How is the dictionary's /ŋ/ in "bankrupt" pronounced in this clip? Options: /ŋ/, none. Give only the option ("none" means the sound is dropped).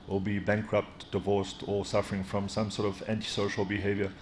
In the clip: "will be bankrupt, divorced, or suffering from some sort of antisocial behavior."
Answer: /ŋ/